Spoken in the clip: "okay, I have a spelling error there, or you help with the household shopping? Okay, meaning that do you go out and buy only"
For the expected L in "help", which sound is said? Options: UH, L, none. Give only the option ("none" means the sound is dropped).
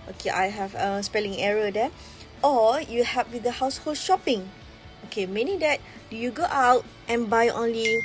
none